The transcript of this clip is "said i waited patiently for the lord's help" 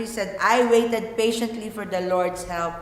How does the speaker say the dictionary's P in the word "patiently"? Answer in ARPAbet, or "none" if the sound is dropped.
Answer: P